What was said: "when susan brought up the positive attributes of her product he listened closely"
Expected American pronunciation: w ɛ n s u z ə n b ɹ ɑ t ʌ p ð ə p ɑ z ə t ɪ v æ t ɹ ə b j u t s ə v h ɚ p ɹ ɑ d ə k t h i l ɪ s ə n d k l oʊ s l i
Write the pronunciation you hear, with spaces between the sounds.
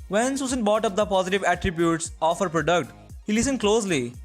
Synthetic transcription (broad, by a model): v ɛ n s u s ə n b ɑ t ʌ p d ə p ɑ z ə t ɪ v æ t ɹ ə b j u t s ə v h ɚ p ɹ ɑ d ə k t h i l ɪ s ə n d k l oʊ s l i